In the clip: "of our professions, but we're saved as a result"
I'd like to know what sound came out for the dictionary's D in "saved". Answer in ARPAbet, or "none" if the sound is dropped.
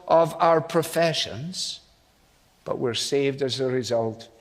D